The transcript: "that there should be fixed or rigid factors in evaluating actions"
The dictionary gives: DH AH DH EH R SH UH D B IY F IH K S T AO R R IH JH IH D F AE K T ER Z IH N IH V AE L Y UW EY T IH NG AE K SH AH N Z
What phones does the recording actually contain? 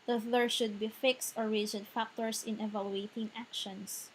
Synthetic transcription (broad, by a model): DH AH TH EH R SH UH D B IY F IH K S T AO R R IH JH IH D F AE K T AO S IH N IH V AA L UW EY T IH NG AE K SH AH N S